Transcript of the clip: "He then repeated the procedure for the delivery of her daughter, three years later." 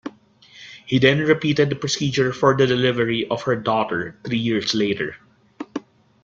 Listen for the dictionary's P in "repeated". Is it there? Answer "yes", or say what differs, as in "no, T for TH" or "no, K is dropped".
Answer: yes